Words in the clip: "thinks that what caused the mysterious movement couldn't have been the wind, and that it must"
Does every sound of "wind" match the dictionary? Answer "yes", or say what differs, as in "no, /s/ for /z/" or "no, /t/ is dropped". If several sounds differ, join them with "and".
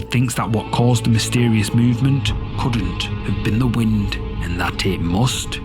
yes